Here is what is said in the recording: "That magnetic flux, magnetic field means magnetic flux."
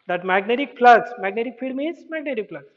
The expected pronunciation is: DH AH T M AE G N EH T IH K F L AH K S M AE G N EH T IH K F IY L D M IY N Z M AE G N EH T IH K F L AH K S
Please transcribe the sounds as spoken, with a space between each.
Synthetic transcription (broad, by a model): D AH T M AE G N EH T IH K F L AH S M AE G N EH T IH K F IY D M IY N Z M AE G N EH T IH K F L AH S